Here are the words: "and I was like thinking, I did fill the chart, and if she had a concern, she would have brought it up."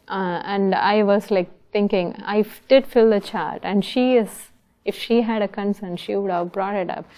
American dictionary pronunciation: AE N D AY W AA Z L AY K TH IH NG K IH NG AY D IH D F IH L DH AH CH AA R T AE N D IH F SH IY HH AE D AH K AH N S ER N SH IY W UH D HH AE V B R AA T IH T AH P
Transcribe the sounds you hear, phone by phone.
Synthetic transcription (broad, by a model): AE N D AY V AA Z L AY K T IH NG K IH NG AY D IH D F IH L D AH CH AA R T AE N D IH F SH IY HH AE D AH K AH N S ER N SH IY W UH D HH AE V B R AA T IH T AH P